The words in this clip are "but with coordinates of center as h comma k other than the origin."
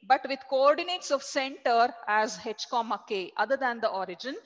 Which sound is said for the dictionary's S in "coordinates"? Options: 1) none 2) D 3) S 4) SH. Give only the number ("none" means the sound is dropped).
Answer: 3